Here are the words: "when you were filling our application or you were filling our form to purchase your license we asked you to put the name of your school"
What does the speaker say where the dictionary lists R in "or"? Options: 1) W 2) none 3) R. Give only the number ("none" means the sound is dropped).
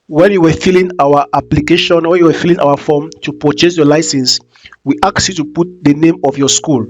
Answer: 1